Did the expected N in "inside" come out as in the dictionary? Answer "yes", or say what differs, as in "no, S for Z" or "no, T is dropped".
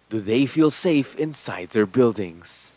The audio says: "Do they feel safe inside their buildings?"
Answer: yes